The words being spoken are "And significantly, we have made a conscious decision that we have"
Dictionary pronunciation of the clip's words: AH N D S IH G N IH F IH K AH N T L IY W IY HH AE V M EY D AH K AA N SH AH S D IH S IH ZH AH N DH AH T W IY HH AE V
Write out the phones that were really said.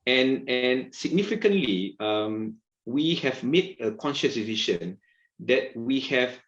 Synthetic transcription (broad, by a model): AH N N S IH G N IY F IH K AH N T L IY W IY HH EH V M EY D AH K AA N SH AH S D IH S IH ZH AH N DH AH T W IY HH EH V